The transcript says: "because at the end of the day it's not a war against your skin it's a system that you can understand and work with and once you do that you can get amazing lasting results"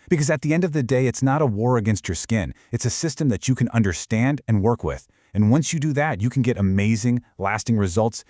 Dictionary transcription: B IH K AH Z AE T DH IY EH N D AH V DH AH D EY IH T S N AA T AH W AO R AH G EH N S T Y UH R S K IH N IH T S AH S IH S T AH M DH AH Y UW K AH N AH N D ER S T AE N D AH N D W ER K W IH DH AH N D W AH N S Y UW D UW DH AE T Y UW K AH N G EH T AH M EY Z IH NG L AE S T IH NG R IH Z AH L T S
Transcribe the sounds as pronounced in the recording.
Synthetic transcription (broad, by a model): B IH K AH Z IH T DH IY EH N D AH V DH AH D EY IH T S N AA T AH W AO R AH G EH N S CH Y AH R S K IH N IH T S AH S IH S T AH M DH AH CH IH K AH N AH N D ER S T AE N D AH N W ER K W IH DH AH N W AH N S Y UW D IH DH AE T Y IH K N G EH T AH M EY Z IH NG L AE S T IH NG R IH Z AH L T S